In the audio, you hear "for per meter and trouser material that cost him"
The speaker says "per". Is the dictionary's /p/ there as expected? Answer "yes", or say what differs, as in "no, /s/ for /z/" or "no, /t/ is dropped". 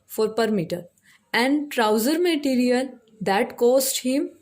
yes